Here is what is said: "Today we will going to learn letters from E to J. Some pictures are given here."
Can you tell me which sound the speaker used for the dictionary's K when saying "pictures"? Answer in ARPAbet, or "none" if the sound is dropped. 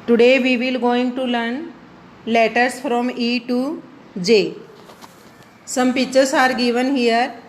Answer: none